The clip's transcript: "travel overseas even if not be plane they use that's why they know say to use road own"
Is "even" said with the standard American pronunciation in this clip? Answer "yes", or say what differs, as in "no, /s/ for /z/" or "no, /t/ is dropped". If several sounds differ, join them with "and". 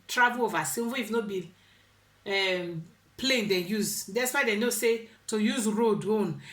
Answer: no, /n/ is dropped